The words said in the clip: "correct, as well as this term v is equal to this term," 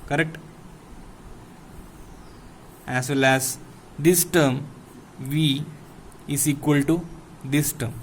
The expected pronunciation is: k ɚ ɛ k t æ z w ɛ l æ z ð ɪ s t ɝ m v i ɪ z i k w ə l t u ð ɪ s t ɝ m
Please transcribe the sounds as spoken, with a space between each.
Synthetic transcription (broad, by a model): k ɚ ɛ k t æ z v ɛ l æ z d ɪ s t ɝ m v i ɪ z i k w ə l t u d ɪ s t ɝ m